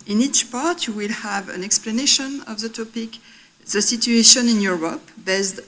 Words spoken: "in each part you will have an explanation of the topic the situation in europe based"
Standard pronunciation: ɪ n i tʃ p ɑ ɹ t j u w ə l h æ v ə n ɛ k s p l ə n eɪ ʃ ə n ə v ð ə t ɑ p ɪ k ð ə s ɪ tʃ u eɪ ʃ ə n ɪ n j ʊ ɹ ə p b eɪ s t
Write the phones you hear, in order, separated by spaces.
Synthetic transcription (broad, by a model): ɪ n i tʃ p ɑ ɹ t j u w ə l h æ v ə n ɛ k s p l ə n eɪ ʃ ə n ə v ð ə t ɑ p ɪ k ð ə s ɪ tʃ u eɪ ʃ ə n ɪ n j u ɹ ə p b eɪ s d